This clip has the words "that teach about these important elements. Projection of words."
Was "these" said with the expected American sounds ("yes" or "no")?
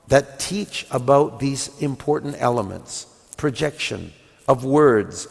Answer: yes